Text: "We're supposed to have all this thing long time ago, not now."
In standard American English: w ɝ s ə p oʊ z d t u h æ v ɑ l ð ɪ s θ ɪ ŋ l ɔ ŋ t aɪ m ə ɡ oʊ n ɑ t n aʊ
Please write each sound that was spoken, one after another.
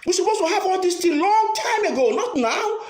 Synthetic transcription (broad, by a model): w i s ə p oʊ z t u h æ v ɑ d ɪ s t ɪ l ɔ ŋ t aɪ m ə ɡ oʊ n ɑ t n aʊ